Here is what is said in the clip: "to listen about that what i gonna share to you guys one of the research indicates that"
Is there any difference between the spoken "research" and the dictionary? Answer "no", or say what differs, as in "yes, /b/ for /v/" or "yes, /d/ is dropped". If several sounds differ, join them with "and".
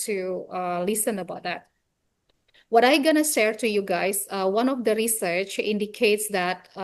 no